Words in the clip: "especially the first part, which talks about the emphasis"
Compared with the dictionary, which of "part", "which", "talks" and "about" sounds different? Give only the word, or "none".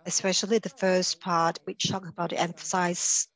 talks